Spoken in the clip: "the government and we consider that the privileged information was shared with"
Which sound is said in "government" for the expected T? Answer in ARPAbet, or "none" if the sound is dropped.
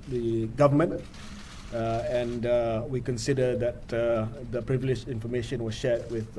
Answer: none